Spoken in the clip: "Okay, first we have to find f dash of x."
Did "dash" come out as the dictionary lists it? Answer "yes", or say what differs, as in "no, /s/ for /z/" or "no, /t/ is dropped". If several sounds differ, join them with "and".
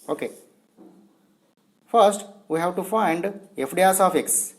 no, /s/ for /ʃ/